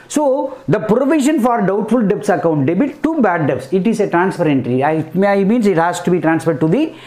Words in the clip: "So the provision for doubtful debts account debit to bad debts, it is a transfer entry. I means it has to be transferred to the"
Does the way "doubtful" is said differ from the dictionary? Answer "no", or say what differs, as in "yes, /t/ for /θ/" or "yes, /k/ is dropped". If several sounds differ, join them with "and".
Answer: no